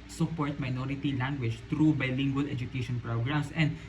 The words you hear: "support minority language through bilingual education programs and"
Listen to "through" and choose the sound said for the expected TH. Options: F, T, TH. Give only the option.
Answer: T